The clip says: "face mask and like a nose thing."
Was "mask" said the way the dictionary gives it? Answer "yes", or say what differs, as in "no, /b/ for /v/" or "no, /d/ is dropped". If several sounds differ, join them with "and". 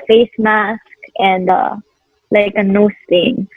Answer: yes